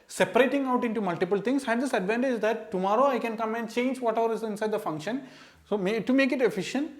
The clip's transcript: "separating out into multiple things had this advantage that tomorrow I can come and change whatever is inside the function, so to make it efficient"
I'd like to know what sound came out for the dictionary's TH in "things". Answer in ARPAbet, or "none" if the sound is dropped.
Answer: T